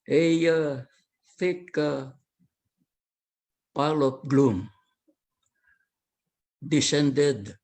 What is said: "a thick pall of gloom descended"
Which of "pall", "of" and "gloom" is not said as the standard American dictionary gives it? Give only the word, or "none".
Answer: of